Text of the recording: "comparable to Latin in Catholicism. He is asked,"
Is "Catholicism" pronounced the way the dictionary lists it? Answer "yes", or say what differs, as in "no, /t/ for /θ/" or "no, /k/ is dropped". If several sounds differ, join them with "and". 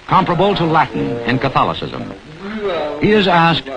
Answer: yes